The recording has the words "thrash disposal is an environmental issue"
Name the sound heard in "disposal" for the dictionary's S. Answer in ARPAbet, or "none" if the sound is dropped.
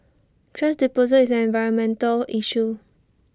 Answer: none